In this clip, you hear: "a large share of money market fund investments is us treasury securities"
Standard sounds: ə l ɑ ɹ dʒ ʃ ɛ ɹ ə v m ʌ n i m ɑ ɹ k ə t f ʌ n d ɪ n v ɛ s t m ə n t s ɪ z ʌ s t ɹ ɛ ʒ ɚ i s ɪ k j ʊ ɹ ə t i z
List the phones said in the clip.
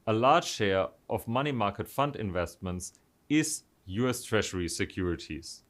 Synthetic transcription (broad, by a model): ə l ɑ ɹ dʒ ʃ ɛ ɹ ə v m ʌ n i m ɑ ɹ k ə t f ʌ n d ɪ n v ɛ s t m ə n t s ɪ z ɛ s t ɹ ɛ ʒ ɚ i s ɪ k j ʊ ɹ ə t i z